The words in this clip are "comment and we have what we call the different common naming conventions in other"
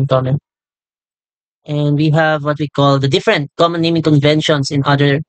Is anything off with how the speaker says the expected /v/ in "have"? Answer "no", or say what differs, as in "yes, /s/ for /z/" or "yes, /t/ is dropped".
no